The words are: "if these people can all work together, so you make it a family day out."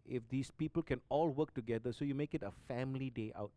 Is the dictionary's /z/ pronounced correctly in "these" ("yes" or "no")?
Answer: no